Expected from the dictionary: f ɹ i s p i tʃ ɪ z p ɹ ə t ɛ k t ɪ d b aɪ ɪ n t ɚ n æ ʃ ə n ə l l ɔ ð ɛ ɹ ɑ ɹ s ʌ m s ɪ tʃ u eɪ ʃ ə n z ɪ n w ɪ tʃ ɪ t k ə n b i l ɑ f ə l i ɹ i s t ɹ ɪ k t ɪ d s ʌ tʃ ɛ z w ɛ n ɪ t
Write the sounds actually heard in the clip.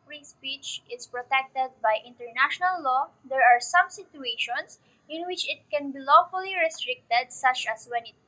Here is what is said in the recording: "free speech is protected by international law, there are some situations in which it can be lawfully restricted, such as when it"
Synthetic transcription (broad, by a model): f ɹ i s p i tʃ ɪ s p ɹ ə t ɛ k t ɪ d b aɪ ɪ n t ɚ n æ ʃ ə n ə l l ɔ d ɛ ɹ ɑ ɹ s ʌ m s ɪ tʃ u eɪ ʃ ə n s ɪ n w ɪ tʃ ɪ t k ə n b i l ɑ f ə l i ɹ i s t ɹ ɪ k t ɪ d s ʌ tʃ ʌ s w ɛ n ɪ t